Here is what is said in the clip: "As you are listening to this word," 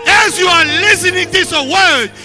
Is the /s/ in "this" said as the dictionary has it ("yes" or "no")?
no